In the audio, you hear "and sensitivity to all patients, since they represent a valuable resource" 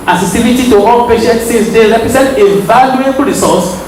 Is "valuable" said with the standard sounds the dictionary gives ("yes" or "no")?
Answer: no